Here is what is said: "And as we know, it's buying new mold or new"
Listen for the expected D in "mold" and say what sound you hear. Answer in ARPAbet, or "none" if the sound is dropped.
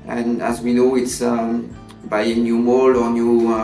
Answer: none